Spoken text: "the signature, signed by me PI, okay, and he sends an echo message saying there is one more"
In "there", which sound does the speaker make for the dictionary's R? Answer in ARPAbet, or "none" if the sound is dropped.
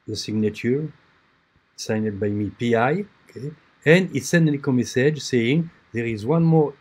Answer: R